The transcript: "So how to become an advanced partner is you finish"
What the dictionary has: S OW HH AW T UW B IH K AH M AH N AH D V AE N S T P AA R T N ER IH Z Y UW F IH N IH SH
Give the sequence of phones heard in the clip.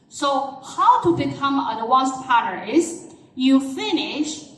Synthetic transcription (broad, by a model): S OW HH AW T UW B IH K AH M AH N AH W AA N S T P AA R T ER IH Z Y UW F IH N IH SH